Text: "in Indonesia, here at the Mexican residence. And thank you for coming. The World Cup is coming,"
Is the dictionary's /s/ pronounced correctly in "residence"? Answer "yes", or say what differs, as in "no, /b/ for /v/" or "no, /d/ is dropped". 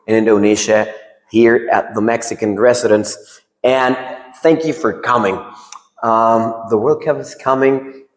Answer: yes